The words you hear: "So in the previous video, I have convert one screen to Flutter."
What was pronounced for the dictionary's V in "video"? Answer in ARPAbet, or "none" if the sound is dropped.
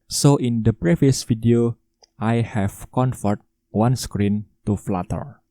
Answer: F